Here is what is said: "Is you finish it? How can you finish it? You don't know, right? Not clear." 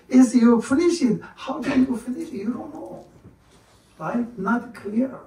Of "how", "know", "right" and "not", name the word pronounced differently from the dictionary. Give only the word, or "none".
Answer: right